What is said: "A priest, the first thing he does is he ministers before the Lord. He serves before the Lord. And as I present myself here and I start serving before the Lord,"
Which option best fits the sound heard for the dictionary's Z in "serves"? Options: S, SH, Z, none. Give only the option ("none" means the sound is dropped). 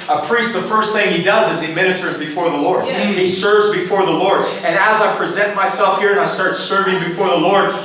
Z